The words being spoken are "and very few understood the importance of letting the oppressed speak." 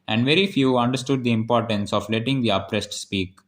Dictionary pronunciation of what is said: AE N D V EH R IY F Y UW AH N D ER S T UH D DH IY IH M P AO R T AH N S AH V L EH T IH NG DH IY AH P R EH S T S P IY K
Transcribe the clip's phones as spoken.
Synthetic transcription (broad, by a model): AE N D V EH R IY F Y UW AH N D ER S T UH D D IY IH M P AO R T AH N S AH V L EH T IH NG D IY AH P R EH S T S P IY K